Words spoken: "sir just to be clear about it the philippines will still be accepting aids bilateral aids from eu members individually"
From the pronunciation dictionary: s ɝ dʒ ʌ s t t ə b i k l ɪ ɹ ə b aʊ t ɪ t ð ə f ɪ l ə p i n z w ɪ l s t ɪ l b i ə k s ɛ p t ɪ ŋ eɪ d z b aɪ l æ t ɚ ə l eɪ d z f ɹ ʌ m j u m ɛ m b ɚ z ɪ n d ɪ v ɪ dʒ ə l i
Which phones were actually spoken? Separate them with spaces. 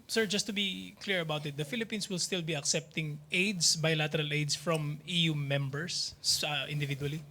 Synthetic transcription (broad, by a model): s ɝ dʒ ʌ s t t ə b i k l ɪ ɹ ə b aʊ t ɪ t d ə f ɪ l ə p i n s w ɪ l s t ɪ l b i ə k s ɛ p t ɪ ŋ eɪ d s b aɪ l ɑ t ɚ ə l eɪ d s f ɹ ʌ m j u m ɛ m b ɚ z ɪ n d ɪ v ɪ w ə l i